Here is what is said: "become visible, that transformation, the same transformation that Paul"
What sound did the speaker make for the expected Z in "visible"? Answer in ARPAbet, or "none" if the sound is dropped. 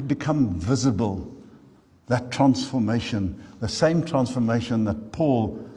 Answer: Z